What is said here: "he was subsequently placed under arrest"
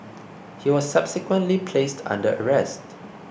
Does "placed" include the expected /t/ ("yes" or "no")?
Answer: yes